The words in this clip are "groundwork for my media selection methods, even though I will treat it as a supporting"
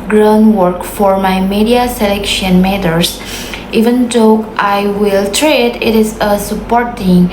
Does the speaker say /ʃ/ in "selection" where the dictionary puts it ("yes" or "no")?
yes